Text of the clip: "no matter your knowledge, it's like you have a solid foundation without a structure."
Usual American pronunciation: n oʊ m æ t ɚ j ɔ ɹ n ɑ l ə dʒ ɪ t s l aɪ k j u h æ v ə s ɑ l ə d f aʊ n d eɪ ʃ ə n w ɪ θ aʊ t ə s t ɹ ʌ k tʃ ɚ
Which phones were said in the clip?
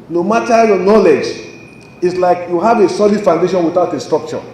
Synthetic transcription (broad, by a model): n oʊ m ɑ t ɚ j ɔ n ɑ l ə dʒ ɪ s l aɪ k j u h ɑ v ə s ɑ l ə d f aʊ n d eɪ ʃ ə n w ɪ θ aʊ t ə s t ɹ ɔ k tʃ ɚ